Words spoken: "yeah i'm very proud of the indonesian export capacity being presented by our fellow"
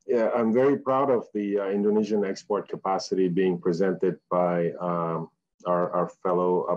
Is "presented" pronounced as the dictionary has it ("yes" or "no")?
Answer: yes